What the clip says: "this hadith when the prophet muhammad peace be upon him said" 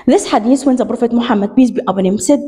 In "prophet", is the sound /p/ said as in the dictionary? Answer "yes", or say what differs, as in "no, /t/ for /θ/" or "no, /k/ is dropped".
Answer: no, /b/ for /p/